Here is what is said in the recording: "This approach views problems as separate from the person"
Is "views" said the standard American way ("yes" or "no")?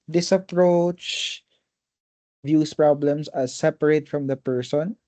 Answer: no